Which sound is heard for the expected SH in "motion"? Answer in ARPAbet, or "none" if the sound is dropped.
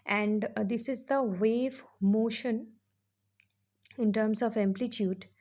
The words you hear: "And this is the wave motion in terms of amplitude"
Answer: SH